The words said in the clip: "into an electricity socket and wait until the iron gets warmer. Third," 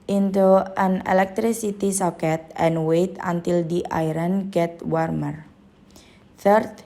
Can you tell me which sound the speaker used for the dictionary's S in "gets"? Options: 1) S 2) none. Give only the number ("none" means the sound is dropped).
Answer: 2